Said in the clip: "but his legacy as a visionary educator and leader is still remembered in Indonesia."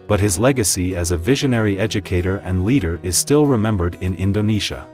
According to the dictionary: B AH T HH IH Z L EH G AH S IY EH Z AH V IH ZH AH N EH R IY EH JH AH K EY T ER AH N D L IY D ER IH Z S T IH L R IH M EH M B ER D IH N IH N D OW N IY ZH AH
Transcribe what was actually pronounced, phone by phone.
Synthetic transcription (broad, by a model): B AH T HH IH Z L EH G AH S IY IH Z AH V IH ZH AH N EH R IY EH JH AH K EY T ER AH N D L IY D ER IH Z S T IH L R IH M EH M B ER D IH N IH N D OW N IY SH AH